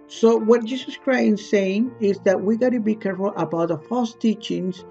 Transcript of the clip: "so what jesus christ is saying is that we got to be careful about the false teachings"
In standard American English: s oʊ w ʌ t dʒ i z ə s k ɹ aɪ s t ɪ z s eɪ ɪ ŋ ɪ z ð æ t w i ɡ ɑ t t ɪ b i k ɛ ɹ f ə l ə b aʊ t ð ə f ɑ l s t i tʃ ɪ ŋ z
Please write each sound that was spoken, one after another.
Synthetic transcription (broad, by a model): s oʊ w ʌ t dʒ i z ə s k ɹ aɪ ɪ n s eɪ ɪ ŋ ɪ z ð æ t w i ɡ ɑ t t ɪ b i k ɛ ɹ f ə l ə b aʊ t ð ə f ɑ l s t i tʃ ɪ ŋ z